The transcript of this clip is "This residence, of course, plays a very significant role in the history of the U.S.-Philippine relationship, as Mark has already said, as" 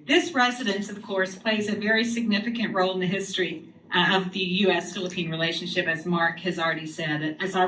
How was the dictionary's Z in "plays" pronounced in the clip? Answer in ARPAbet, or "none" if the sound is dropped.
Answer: Z